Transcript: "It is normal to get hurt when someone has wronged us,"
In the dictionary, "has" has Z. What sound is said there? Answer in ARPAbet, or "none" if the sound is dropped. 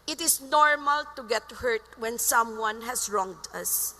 S